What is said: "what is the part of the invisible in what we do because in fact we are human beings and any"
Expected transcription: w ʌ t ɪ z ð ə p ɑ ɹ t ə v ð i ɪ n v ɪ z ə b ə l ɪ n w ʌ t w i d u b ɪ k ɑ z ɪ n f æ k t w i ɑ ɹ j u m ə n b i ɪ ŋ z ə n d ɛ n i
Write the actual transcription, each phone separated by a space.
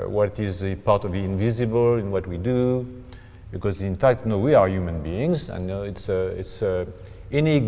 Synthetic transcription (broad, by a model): w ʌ t ɪ z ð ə p ɑ ɹ t ə v ð i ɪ n v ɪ z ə b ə l ɪ n w ʌ t w i d u b ɪ k ɑ z ɪ n f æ k t w i ɑ ɹ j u m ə n b i ɪ ŋ z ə n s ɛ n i